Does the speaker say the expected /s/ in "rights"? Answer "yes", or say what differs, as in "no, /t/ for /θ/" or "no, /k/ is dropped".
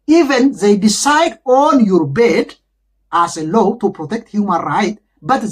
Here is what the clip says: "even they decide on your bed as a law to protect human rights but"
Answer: no, /s/ is dropped